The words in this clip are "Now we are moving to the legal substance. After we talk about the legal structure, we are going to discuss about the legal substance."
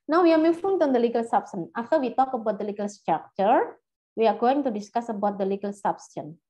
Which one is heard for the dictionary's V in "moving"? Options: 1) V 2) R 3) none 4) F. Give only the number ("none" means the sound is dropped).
4